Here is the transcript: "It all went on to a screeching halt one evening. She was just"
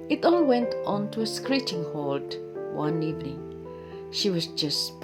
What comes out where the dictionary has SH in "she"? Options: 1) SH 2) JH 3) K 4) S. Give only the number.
1